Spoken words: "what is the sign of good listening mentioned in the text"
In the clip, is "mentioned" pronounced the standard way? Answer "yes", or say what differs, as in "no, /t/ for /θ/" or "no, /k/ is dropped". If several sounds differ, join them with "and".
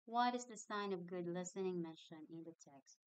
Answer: no, /d/ is dropped